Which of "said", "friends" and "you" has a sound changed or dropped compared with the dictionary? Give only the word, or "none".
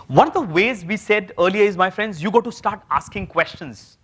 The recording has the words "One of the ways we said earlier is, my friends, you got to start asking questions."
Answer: none